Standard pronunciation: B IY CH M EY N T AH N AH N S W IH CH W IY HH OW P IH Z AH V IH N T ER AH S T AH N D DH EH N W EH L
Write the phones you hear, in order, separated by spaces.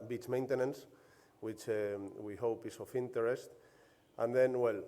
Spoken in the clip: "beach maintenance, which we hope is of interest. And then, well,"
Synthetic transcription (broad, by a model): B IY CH M EY N T AH N AH N S W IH CH W IY HH OW P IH S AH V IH N T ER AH S T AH N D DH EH N W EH L